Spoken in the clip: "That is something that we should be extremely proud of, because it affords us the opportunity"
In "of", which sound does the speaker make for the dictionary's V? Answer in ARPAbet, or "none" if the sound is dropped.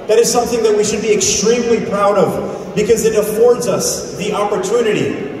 V